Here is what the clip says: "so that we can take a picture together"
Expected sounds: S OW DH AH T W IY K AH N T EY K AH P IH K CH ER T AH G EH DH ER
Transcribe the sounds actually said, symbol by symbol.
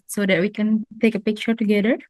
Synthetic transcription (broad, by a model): S OW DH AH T W IY K AH N T EY K AH P IH K CH ER T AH G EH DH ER